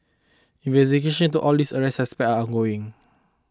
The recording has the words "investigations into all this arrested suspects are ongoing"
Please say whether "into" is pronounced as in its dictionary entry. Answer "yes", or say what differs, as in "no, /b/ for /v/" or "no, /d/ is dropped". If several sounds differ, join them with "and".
no, /n/ is dropped